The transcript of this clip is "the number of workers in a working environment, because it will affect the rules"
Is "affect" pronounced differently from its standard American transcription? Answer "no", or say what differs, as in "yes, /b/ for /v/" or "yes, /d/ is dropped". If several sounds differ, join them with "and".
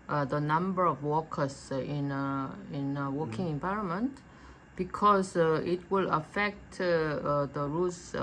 no